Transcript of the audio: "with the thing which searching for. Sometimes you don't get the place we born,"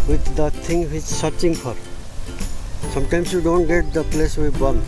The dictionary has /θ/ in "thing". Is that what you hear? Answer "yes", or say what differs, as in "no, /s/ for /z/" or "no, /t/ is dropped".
no, /t/ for /θ/